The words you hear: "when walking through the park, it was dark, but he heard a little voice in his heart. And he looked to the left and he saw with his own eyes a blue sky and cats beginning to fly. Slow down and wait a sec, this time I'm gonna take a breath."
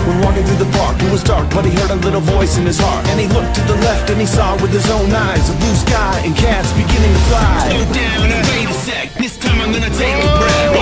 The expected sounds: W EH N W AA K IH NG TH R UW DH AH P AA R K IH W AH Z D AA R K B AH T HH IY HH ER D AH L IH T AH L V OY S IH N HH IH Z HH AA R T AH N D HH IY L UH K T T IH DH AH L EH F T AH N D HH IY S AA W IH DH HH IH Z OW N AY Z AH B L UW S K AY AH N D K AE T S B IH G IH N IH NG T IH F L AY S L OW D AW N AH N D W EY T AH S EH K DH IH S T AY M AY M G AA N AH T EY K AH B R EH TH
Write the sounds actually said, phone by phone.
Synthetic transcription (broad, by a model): W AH N W AA K IH NG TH R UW DH AH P AA R K IH W AH Z D AA R K B AH T HH IY HH ER D AH L IH T L V OY S IH N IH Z HH AA R T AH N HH IY L UH K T T IH DH AH L EH F T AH N IY S AA W IH DH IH Z OW N AY Z AH B L UW S K AY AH N K AE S B IH G IH N IH NG T IH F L AY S OW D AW AH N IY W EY AH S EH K DH IH S T AY M AY M G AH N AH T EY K AH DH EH